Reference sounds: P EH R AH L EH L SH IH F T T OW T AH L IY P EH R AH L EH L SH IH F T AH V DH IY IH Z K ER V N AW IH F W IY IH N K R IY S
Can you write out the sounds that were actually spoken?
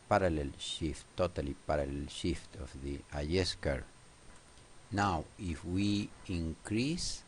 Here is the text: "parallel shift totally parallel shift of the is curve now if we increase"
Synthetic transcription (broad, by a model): P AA R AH L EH L SH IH F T T OW T AH L IY P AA R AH L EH L SH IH F T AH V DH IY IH S K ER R N AW IH F W IY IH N K R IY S